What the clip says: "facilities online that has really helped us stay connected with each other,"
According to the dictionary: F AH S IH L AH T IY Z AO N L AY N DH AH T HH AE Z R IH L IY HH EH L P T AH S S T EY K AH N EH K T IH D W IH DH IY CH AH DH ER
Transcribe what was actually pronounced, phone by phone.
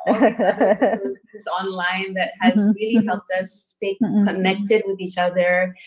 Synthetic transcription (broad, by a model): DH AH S AO N L AY N DH AH T HH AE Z R IH L IY HH EH L P T AH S S T EY K AH N EH K T IH D W IH DH IY CH AH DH ER